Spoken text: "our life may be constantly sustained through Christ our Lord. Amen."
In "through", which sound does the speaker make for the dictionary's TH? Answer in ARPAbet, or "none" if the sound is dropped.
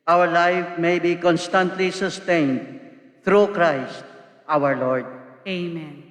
T